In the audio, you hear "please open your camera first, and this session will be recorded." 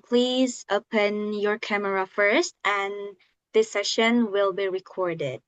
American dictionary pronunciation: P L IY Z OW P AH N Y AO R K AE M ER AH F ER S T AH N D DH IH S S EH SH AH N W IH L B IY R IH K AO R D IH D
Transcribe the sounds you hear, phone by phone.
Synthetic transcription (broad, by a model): P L IY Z OW P AH N Y AO R K AE M ER AH F ER S T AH N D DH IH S S EH SH AH N W IH L B IY R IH K AO R D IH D